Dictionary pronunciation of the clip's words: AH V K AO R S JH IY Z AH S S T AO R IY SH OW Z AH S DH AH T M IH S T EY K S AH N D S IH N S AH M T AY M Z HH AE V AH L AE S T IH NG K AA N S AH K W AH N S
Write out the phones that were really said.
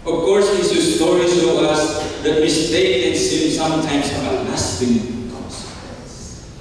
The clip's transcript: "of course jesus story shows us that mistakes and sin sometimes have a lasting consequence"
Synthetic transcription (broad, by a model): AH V K AO R S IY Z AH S S T AO R IY S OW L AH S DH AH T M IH S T EY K AH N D S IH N S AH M T AY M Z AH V AH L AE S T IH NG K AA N S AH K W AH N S